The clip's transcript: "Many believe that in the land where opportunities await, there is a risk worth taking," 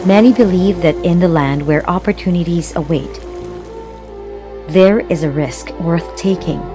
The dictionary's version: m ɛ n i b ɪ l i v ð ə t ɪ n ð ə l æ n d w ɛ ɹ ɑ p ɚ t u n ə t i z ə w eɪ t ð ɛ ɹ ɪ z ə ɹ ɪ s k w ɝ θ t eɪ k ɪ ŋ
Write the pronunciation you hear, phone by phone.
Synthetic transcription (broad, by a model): m ɛ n i b ɪ l i v ð ə t ɪ n ð ə l æ n d w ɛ ɹ ɑ p ɚ t u n ə t i z ə w eɪ t ð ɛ ɹ ɪ z ə ɹ ɪ s k w ɝ θ t eɪ k ɪ ŋ